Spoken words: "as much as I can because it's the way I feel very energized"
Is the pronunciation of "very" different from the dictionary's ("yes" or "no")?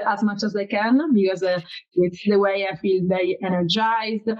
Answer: yes